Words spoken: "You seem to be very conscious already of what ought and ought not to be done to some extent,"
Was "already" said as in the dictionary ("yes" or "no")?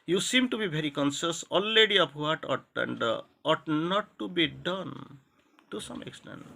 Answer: no